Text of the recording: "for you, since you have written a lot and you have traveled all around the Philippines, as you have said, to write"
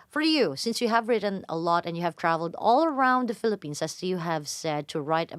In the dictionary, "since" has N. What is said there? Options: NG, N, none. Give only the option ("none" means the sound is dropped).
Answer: N